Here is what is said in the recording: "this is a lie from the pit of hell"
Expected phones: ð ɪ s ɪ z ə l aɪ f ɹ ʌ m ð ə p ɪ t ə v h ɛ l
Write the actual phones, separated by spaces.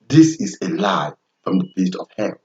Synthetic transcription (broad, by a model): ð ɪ s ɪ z ə l aɪ f ɹ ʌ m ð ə b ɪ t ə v h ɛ